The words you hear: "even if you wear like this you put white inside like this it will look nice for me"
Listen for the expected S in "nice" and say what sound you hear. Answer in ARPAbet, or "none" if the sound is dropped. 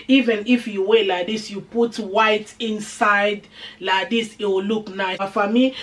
none